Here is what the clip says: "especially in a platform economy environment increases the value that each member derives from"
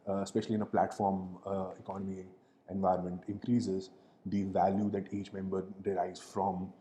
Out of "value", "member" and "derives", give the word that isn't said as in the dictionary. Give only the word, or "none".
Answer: derives